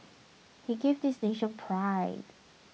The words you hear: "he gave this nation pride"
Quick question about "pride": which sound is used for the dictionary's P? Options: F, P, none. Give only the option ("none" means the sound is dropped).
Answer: P